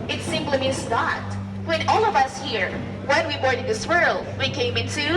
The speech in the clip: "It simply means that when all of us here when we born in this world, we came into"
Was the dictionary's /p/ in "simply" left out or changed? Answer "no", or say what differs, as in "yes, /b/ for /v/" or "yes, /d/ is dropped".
yes, /p/ is dropped